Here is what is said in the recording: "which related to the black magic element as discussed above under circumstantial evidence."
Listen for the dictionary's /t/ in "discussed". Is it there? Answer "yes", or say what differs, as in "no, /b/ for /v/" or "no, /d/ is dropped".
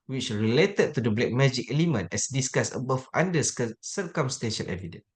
no, /t/ is dropped